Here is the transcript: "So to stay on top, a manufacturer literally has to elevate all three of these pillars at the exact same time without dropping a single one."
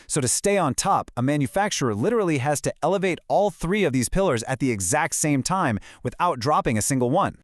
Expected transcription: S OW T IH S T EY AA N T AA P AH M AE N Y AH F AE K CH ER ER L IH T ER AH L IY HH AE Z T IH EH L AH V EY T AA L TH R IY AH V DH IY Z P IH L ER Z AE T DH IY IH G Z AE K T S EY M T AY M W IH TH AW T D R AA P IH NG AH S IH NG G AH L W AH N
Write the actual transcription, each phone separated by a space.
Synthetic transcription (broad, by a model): S OW T IH S T EY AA N T AA P AH M AE N Y AH F AE K CH ER ER L IH T ER L IY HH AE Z T IH EH L AH V EY T AA L TH R IY AH V DH IY Z P IH L ER Z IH T DH IY IH G Z AE K T S EY M T AY M W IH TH AW T D R AA P IH NG AH S IH NG G L W AH N